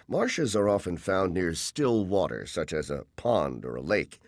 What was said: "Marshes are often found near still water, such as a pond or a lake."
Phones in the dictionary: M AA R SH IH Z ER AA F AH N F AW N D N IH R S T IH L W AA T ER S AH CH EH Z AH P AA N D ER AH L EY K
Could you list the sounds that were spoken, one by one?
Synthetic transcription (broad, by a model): M AA R SH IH Z ER AA F AH N F AW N N IH R S T IH L W AA T ER S AH CH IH Z AH P AA N D ER AH L EY K